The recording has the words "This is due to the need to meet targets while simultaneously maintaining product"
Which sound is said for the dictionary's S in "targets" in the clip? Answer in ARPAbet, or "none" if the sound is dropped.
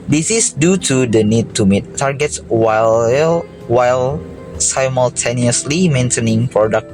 S